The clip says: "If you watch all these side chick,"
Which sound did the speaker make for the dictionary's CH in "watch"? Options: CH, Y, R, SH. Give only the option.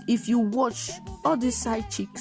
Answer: CH